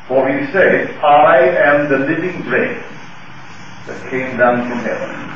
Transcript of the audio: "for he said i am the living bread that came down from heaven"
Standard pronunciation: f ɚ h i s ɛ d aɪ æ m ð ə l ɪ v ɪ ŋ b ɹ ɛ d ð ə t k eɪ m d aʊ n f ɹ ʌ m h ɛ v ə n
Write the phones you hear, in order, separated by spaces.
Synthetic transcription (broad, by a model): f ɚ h i s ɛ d aɪ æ m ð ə l ɪ v ɪ ŋ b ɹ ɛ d ð ə t k eɪ m d aʊ n f ɹ ʌ m h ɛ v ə n